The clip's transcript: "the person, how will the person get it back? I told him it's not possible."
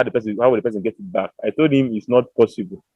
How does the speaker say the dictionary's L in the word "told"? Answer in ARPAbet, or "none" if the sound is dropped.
L